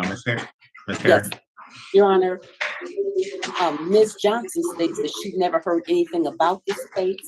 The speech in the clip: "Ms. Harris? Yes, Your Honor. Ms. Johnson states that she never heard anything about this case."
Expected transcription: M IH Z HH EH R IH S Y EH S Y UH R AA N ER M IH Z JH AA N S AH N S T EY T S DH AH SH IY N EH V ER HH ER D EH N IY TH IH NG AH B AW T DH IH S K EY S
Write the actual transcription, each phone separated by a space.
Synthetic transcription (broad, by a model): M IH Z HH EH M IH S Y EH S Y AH R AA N ER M IH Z JH AA N S AH N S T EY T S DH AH SH IY N EH V ER HH ER D EH N IY TH IH NG AH B AW T DH IH S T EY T